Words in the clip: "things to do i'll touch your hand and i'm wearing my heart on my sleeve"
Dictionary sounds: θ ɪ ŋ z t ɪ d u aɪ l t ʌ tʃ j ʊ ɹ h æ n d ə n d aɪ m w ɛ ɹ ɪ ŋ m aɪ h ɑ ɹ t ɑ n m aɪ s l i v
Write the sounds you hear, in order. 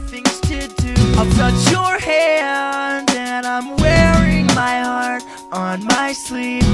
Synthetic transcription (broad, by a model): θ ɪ ŋ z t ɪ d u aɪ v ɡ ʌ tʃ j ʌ ɹ h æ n ə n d aɪ m w ɛ ɹ ɪ ŋ m aɪ h ɑ ɹ t n m aɪ s l i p